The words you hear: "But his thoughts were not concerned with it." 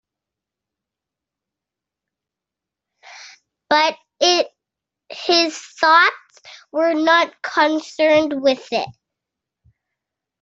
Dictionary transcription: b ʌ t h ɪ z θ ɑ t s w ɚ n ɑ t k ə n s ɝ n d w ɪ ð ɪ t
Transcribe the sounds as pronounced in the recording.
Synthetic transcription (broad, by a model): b ʌ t h ɪ z θ ɑ t s w ɚ n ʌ t k ə n s ɝ n d w ɪ ð ɪ t